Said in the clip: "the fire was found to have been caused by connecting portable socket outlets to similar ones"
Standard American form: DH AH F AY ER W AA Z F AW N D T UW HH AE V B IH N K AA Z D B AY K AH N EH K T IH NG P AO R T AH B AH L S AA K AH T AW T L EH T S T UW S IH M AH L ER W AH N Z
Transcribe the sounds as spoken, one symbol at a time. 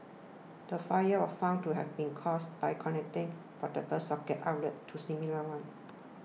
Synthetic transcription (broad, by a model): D AH F AY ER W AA F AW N T UW HH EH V B IH N K AA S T B AY K AH N EH K T IH NG F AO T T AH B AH S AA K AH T AW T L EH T T UW S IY M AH L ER W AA N